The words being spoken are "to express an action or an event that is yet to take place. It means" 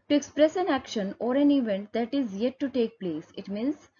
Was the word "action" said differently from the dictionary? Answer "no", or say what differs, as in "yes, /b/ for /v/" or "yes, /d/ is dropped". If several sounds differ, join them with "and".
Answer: no